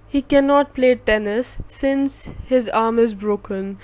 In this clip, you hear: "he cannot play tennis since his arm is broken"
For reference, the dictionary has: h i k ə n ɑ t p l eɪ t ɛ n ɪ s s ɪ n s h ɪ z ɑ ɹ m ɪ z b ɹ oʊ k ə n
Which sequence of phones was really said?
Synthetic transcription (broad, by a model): h i k ə n ɑ t p l eɪ t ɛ n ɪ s s ɪ n s h ɪ z ɑ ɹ m ɪ z b ɹ oʊ k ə n